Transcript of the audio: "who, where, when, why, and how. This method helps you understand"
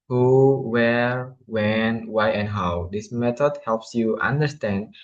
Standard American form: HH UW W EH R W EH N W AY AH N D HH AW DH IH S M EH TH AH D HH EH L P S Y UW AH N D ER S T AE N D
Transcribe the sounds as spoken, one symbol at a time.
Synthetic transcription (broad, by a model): HH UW W EH R W EH N W AY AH N HH AW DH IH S M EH T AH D HH EH L P S Y UW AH N D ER S T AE N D